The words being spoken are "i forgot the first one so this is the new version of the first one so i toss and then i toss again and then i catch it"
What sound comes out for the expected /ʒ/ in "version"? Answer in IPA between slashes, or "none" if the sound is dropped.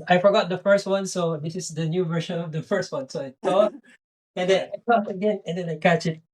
/ʃ/